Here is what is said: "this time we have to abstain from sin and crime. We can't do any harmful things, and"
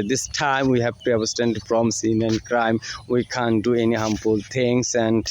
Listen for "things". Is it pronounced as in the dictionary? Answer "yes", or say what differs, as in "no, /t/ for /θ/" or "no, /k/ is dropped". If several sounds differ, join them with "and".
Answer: no, /t/ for /θ/